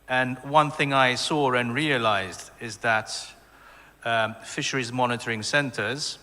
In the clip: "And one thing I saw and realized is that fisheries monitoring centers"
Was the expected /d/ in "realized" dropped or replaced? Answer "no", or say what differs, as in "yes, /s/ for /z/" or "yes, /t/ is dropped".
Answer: no